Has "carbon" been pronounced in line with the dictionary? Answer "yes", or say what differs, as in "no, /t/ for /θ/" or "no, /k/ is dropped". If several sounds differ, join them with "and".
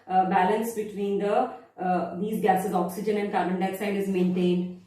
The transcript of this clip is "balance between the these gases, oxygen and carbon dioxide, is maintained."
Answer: no, /b/ is dropped